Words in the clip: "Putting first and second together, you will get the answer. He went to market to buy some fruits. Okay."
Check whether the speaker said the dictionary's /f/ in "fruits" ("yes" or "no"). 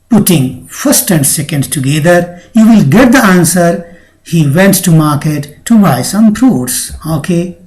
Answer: no